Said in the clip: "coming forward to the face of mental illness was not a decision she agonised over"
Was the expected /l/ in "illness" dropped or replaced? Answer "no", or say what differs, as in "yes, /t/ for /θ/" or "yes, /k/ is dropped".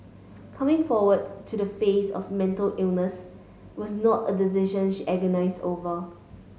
no